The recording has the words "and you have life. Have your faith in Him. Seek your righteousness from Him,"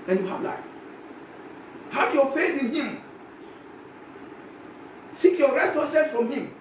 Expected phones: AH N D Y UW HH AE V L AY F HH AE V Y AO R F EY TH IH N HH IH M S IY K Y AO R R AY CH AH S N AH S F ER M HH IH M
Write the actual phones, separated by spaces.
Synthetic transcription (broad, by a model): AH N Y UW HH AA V L AY F HH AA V Y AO F EY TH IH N HH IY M S IY K Y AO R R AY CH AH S AH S F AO M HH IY M